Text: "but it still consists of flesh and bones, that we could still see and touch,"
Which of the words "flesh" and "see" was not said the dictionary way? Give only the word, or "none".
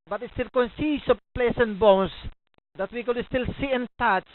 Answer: flesh